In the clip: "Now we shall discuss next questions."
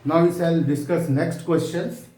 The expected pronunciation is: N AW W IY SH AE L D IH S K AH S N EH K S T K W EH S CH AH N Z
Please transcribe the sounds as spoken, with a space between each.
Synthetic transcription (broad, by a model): N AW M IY S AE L D IH S K AH S N EH K S T K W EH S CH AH N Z